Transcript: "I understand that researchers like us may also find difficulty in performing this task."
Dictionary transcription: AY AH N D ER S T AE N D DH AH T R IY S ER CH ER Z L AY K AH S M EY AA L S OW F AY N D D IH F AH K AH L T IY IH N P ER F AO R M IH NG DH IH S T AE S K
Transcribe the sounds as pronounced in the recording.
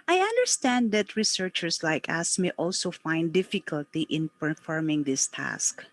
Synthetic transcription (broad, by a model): AY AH N D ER S T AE N D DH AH T R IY S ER CH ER S L AY K AH S M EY AA L S OW F AY N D D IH F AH K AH L T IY IH N P ER F AO R M IH NG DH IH S T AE S K